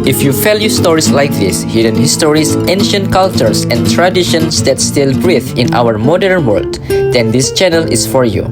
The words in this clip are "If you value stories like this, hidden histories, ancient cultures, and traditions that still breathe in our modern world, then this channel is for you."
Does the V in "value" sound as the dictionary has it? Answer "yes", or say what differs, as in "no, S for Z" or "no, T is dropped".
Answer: no, F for V